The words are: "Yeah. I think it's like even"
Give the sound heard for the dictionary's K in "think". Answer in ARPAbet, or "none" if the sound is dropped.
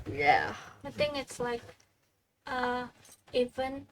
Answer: none